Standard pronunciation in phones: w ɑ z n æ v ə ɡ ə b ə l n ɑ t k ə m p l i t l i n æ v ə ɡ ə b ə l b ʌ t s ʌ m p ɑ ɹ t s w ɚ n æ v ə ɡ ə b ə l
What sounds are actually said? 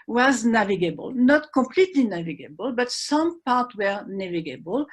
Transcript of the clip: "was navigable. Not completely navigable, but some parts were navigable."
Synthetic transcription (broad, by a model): w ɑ z n æ v ə ɡ ə b ə l n ɑ t k ə m p l i t l i n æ v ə ɡ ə b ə l b ʌ t s ʌ m p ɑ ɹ t w ɚ n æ v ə ɡ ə b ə l